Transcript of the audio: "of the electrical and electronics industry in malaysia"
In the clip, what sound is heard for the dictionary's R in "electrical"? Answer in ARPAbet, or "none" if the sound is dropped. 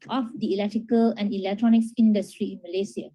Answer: R